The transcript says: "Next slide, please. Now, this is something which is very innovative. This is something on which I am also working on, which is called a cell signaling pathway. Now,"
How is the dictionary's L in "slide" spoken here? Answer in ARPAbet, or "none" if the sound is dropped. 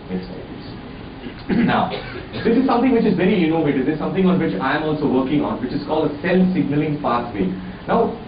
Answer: none